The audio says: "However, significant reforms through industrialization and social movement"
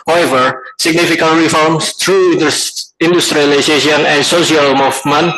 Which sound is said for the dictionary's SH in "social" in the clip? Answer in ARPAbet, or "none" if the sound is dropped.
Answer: S